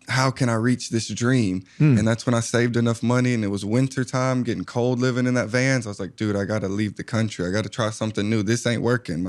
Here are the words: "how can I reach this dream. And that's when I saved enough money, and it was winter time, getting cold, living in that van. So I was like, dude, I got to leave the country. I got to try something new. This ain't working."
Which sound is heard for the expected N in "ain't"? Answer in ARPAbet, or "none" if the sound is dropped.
N